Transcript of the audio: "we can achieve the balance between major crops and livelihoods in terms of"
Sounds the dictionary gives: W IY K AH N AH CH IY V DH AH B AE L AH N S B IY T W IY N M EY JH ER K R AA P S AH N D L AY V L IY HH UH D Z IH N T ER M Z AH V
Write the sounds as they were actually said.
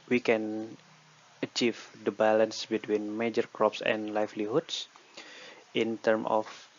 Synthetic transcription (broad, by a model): W IY K AH N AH CH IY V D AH B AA L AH N S B IY T W IY N M EY JH ER K R AA P S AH N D L AY F L IY HH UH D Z IH N T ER M AH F